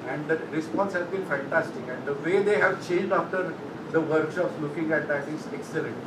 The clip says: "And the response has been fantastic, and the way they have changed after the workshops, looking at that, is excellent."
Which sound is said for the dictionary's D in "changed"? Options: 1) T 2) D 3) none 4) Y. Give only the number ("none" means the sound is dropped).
2